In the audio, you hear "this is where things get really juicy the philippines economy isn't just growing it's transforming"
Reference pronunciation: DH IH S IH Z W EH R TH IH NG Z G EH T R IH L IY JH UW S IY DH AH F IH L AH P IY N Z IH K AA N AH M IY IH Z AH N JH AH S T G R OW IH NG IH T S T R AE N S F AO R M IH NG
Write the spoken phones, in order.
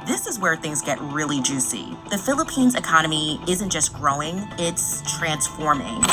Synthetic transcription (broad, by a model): DH IH S IH Z W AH R TH IH NG Z G EH T R IH L IY JH UW S IY DH AH F IH L AH P IY N Z IH K AA N AH M IY IH Z AH N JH AH S G R OW IH NG IH T S T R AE N S F AO R M IH NG